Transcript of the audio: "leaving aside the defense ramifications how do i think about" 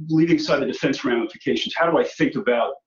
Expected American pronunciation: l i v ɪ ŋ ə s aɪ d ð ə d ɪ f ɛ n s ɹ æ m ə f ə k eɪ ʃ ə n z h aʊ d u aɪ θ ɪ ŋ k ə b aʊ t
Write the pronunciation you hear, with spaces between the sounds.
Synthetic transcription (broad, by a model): l i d ɪ ŋ s aɪ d ð ə d ɪ f ɛ n s ɹ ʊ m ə f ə k eɪ ʃ n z h aʊ d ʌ aɪ θ ɪ ŋ k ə b aʊ t